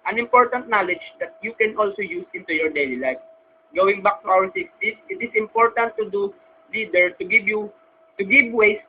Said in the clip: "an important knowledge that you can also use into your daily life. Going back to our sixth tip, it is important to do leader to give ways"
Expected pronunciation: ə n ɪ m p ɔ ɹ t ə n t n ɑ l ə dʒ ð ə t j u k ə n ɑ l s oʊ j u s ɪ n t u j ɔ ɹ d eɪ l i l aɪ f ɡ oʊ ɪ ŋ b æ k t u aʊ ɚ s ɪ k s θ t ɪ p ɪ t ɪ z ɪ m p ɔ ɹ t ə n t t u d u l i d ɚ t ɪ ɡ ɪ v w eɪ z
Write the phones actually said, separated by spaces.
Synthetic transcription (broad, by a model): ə n ɪ m p ɔ ɹ t ə n t n ɑ l ə dʒ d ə t j u k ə n ɑ l s oʊ j u s ɪ n t u j ɔ ɹ d eɪ l i l aɪ f ɡ oʊ ɪ ŋ b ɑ k t u aʊ ɚ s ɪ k s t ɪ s ɪ t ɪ s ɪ m p ɔ ɹ t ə n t t u d u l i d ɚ t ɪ ɡ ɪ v w eɪ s